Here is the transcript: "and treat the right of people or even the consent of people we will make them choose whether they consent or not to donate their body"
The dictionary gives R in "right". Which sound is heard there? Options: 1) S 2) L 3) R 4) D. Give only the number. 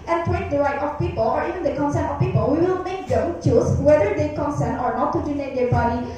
2